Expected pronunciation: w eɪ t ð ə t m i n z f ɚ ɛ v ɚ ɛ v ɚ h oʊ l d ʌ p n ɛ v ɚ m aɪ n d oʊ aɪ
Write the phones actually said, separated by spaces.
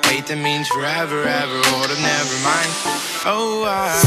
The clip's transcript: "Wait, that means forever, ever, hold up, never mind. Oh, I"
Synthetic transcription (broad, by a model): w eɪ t ð ə t m i n z f ɚ ɛ v ɚ ɛ v ɚ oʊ d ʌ n ɛ v ɚ m aɪ n d oʊ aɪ